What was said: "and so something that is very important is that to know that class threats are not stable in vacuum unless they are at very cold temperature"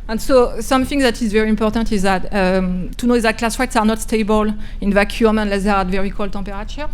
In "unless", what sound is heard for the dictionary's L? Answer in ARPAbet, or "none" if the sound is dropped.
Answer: L